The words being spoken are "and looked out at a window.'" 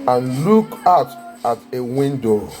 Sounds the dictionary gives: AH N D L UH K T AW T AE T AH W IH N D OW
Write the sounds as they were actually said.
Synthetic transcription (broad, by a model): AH N L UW K AW T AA T AH W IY N D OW